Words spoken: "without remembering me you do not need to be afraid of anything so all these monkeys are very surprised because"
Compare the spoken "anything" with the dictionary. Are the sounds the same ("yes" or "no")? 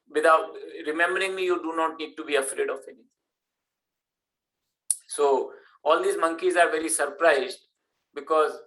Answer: no